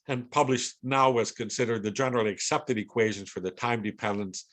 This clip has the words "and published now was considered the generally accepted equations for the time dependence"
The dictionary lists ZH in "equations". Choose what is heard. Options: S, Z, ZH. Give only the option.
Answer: ZH